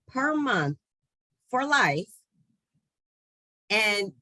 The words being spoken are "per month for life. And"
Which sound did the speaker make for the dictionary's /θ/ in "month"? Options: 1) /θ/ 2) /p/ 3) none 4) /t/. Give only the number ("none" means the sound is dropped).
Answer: 1